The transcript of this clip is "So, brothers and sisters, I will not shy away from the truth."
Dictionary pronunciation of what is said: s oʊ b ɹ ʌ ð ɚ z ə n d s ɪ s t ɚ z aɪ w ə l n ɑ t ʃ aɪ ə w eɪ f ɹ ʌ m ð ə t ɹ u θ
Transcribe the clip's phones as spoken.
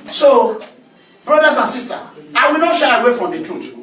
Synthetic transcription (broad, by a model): s oʊ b ɹ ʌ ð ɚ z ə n s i s t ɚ aɪ w ə l n ɑ t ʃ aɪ ə w eɪ f ɹ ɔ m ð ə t ɹ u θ